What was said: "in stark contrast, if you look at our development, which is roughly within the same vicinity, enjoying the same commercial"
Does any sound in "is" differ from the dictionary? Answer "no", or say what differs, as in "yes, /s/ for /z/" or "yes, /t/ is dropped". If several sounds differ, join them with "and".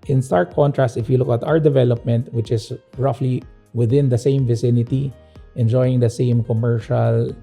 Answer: yes, /s/ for /z/